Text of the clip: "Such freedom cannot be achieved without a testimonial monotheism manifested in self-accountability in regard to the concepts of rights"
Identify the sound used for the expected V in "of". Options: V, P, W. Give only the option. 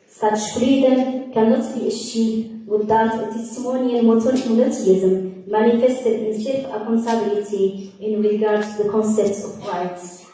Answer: P